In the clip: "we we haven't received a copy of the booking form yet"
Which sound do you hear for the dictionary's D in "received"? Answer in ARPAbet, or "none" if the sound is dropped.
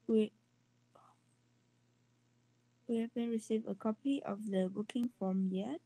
none